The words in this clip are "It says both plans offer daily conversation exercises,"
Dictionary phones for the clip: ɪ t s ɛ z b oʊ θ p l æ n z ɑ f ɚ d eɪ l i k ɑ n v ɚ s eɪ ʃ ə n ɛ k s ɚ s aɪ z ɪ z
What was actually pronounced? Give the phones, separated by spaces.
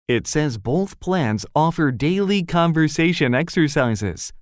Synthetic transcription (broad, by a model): ɪ t s ɛ z b oʊ θ p l æ n z ɑ f ɚ d eɪ l i k ɑ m v ɚ s eɪ ʃ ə n ɛ k s ɚ s aɪ z ɪ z